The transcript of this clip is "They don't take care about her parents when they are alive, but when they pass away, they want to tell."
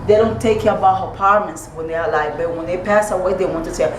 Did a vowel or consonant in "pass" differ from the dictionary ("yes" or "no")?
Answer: no